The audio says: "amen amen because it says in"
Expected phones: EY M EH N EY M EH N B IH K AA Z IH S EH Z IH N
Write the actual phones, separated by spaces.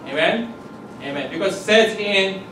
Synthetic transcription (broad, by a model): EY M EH N EY M EH N B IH K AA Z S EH S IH N